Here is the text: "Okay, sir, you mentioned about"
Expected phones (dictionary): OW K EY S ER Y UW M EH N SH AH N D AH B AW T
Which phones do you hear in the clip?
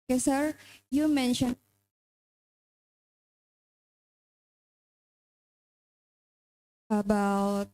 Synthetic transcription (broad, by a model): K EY S ER Y UW M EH N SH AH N AH B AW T